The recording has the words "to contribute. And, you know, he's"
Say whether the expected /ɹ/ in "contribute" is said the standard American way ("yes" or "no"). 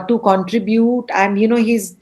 yes